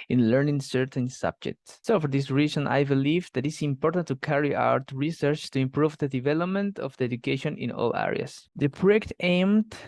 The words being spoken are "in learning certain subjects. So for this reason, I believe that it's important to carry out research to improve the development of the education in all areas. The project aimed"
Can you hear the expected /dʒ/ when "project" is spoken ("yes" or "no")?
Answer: no